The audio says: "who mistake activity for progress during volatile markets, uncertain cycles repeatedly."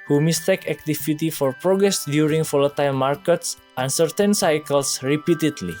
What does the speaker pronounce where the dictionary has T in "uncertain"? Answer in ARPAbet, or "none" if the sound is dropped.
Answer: T